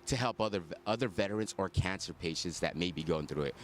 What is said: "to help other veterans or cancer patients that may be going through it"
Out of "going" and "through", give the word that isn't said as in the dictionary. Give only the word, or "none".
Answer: none